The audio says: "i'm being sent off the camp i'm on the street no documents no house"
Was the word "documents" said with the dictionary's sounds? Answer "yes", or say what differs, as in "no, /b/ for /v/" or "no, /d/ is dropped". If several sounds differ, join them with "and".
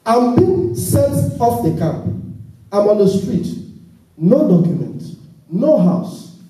no, /s/ is dropped